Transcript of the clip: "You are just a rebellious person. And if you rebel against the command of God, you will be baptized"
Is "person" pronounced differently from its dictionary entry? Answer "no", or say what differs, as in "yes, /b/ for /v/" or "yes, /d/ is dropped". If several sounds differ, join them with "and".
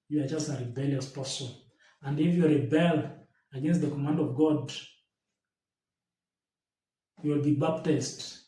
yes, /n/ is dropped